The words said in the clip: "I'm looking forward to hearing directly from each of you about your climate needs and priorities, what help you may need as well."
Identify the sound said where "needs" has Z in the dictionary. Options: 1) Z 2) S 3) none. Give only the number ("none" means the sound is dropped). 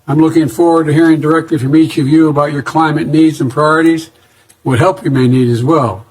1